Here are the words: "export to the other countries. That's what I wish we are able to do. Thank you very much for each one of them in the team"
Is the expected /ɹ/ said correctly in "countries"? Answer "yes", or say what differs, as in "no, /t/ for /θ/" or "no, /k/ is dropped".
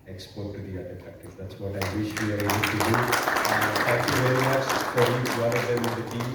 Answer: no, /ɹ/ is dropped